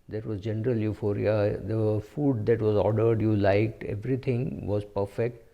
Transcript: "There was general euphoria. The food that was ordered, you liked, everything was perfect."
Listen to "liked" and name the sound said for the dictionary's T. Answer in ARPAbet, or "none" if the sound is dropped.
T